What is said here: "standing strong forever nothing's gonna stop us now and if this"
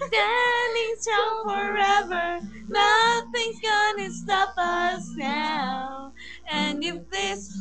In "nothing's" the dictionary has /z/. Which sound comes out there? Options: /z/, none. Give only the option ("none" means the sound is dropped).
none